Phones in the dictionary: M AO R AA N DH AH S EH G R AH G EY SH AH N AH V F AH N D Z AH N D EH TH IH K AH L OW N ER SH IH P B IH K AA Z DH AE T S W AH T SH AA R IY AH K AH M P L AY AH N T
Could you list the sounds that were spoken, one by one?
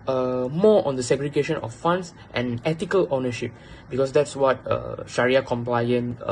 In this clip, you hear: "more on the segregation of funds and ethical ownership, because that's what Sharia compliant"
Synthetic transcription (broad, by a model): M AO AA N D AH S EH G R AH G EY SH AH N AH F F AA N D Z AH N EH T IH K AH L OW N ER SH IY P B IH K AA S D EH T S W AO T SH AA R IY AH K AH M P L AY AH N